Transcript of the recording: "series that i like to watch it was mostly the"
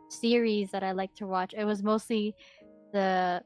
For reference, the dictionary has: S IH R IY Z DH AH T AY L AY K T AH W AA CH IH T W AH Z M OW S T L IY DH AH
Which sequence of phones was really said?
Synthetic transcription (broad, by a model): S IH R IY Z DH AH T AY L AY K T AH W AA CH IH T W AH Z M OW S T L IY DH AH